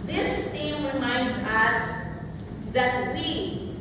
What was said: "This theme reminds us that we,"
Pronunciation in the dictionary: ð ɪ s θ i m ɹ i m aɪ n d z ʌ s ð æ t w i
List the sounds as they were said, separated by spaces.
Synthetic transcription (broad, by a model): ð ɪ s t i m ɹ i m aɪ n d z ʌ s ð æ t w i